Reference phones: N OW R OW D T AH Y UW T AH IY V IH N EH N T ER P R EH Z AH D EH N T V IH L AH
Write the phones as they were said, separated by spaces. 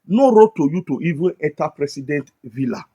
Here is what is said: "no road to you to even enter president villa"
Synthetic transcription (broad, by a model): N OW R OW T AH Y UW T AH IY V IH N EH T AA P R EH S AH D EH N T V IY L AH